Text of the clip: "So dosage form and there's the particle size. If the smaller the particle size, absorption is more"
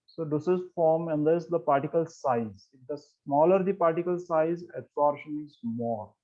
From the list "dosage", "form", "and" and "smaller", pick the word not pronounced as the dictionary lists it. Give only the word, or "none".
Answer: dosage